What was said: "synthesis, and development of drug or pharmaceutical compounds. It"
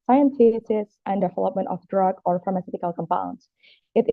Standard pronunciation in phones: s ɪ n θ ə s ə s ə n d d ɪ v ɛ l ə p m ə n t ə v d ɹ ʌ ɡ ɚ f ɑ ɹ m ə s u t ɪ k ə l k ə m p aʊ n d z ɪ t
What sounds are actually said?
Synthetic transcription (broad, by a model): s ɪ n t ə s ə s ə n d d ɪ v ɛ l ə p m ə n t ə v d ɹ ʌ ɡ ɚ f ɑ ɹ m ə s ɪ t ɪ k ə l k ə m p aʊ n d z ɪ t